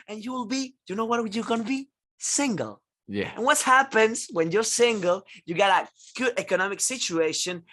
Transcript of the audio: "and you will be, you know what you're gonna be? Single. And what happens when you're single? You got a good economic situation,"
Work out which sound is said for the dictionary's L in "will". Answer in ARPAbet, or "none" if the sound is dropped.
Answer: L